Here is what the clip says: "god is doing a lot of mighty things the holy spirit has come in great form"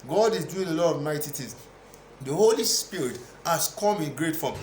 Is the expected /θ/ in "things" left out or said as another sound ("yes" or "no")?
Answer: yes